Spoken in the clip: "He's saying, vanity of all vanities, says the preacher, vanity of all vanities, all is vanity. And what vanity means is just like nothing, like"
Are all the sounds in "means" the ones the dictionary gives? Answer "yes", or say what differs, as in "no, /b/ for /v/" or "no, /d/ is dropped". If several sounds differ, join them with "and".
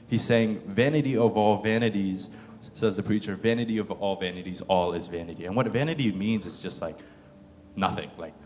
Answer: yes